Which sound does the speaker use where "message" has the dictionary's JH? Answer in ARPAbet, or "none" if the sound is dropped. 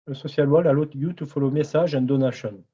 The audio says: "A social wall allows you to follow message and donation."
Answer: ZH